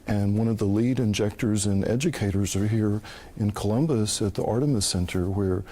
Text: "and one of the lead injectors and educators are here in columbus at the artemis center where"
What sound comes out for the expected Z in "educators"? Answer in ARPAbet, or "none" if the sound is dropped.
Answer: Z